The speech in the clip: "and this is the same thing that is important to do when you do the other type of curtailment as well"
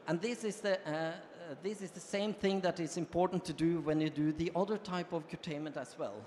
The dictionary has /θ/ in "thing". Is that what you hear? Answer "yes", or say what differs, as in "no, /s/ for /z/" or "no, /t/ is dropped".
yes